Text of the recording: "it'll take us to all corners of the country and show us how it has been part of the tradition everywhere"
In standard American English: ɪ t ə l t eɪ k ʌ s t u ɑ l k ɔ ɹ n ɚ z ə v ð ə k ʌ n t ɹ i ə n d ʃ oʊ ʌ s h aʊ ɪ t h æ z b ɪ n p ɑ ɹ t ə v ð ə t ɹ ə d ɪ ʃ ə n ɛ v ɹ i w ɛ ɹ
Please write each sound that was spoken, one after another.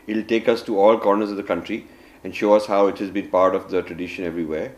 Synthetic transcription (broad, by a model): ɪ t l t eɪ k ʌ s t u ɑ l k ɔ ɹ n ɚ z ə v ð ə k ʌ n t ɹ i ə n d ʃ oʊ ʌ s h aʊ ɪ t h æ z b ɪ n p ɑ ɹ t ə v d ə t ɹ ə d ɪ ʃ ə n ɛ v ɹ i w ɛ ɹ